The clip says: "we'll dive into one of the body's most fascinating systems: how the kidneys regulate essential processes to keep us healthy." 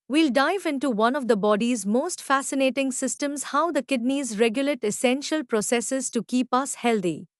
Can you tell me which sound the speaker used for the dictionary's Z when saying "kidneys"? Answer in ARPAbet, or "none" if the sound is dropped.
Z